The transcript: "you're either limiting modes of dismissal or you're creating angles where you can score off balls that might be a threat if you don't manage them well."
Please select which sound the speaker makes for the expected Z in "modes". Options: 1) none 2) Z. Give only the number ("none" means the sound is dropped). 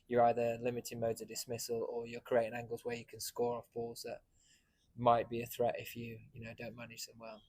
2